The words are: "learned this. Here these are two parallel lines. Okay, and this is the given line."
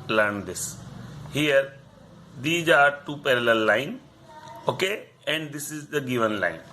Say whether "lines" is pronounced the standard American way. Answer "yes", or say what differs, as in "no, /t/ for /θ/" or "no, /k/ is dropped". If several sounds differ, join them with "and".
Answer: no, /z/ is dropped